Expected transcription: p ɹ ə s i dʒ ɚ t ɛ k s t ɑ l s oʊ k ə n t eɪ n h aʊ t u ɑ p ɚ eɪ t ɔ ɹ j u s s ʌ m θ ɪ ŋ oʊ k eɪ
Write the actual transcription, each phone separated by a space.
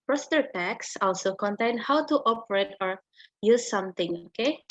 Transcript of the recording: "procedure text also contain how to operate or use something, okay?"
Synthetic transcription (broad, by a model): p ɹ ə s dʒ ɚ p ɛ k s ɑ l s oʊ k ə n t eɪ n h aʊ t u ɑ p ɚ eɪ t ɔ ɹ j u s s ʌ m t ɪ ŋ oʊ k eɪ